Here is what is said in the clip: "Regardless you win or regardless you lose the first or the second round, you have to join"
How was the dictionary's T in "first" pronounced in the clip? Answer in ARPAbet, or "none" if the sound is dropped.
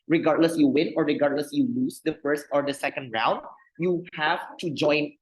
T